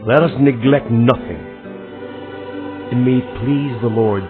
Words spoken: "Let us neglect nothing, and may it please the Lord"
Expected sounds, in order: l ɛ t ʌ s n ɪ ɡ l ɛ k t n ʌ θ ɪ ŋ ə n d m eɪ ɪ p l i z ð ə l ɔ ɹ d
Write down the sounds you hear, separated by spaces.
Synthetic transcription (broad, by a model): l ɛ t ʌ s n ɪ ɡ l ɛ k t n ʌ θ ɪ ŋ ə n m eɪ ɪ p l i z ð ə l ɔ ɹ d